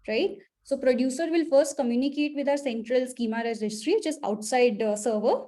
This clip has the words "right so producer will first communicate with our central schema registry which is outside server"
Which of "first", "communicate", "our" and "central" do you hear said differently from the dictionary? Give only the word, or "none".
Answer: none